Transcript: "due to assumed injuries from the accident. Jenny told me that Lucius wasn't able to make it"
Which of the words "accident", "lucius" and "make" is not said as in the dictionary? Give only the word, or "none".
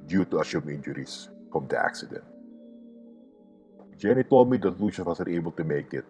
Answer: lucius